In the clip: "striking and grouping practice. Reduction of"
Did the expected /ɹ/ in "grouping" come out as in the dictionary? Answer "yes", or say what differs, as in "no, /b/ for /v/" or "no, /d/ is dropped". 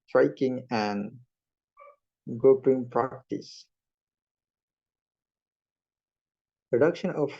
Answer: no, /ɹ/ is dropped